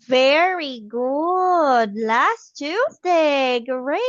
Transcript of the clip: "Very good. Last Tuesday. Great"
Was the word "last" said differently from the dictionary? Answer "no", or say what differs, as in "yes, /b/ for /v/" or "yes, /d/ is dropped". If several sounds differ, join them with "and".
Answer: no